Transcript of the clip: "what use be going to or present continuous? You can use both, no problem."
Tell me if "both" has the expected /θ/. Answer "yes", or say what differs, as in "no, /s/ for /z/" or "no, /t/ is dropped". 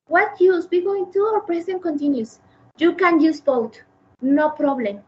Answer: no, /t/ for /θ/